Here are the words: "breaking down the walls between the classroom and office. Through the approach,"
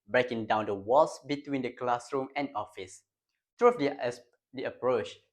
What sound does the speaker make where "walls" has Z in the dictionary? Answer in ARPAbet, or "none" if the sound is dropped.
S